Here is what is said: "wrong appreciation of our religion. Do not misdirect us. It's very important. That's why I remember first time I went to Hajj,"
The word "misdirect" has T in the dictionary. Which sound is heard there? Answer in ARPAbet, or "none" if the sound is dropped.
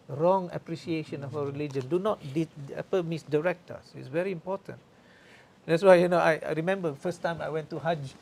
T